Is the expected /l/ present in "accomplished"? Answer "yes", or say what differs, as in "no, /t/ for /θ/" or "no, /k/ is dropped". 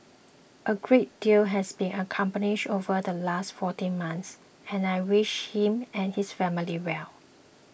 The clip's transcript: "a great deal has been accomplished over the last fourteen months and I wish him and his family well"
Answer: no, /n/ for /l/